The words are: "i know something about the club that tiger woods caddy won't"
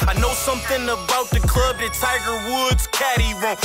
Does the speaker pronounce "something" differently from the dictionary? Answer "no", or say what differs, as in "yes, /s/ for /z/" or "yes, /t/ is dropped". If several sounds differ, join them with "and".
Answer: no